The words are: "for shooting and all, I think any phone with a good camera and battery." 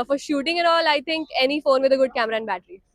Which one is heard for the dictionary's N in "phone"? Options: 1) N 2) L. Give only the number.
1